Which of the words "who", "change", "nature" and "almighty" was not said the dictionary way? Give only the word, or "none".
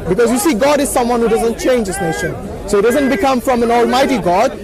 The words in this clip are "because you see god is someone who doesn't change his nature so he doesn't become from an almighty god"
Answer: nature